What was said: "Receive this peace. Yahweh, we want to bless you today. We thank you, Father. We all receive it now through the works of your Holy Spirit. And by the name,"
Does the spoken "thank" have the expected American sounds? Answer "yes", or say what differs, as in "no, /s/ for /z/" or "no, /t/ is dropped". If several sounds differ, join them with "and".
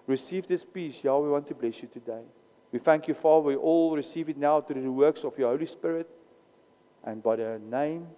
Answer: yes